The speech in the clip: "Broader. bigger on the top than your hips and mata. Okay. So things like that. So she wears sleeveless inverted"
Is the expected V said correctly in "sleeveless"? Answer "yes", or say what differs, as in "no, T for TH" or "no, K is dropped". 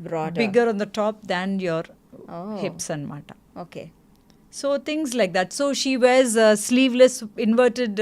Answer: yes